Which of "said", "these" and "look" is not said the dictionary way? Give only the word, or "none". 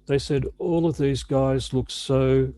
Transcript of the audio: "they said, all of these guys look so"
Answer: none